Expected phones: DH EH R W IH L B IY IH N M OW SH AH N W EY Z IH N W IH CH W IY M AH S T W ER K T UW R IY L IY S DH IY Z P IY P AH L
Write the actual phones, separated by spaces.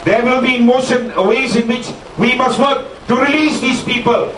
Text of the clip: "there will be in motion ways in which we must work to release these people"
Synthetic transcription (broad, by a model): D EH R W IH L B IY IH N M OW S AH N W EY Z IH N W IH CH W IY M AH S T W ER K T UW R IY L IY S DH IY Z P IY P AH L